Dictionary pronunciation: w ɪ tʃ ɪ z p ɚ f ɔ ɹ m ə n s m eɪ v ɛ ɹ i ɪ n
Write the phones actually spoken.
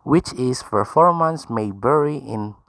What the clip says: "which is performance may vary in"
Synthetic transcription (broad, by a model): w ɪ tʃ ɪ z p ɚ f ɔ ɹ m ə n s m eɪ b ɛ ɹ i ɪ n